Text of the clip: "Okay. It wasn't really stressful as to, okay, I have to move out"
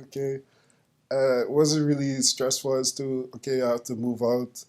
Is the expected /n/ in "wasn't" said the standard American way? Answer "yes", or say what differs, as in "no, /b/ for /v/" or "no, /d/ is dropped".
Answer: no, /n/ is dropped